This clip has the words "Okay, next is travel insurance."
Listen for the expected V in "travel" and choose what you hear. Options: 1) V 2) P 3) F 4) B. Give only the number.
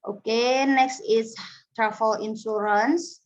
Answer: 3